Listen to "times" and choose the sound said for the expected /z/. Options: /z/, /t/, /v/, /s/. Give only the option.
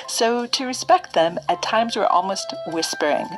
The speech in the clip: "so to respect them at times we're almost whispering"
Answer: /z/